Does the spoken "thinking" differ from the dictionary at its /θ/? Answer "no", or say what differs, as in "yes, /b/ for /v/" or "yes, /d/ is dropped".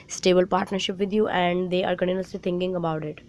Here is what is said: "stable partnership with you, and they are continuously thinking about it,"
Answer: yes, /t/ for /θ/